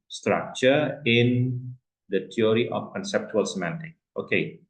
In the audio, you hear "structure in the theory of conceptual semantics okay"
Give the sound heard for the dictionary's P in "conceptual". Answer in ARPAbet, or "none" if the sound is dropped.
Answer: P